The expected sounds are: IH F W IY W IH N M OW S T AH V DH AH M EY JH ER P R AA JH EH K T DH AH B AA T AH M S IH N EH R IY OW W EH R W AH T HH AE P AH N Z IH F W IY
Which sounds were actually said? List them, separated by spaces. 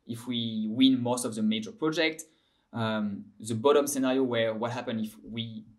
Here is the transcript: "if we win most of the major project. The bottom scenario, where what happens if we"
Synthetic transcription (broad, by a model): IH F W IY W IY N M OW S T AH V DH AH M EY JH ER P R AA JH EH K T DH AH B AA T AH M S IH N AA R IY OW W EH R W AH T HH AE P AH N IH F W IY